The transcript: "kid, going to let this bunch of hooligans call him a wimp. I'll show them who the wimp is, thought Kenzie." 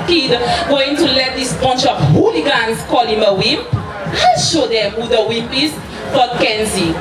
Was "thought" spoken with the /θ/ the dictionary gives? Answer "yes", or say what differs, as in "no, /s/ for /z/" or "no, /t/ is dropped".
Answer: no, /f/ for /θ/